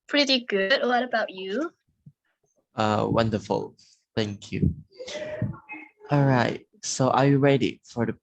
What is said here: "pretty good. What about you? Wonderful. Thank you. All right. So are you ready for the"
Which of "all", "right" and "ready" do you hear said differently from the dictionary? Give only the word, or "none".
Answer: none